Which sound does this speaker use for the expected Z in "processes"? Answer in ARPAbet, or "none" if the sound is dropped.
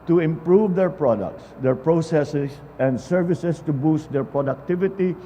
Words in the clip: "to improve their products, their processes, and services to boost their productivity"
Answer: S